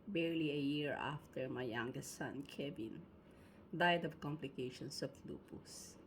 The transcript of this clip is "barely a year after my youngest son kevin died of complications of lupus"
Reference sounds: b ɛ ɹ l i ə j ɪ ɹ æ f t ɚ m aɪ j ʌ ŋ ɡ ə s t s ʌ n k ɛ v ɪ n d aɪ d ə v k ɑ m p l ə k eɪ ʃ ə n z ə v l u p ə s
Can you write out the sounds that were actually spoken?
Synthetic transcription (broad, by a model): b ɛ ɹ l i ə j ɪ ɹ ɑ f t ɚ m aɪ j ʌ ŋ ɡ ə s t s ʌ n k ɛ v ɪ n d aɪ d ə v k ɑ m p l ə k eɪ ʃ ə n s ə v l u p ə s